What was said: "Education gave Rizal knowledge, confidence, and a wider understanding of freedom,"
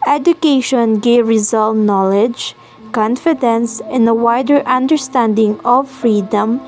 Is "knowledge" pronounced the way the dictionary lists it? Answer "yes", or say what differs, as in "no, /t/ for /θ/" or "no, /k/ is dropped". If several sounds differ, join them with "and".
yes